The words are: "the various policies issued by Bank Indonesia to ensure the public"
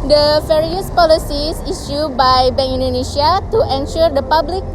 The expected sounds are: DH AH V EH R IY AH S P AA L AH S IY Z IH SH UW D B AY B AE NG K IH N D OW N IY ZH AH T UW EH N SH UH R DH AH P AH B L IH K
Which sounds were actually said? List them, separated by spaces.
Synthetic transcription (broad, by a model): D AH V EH R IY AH S P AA L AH S IY S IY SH UW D B AY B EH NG IY N D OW N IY S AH T UW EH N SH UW R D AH P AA B L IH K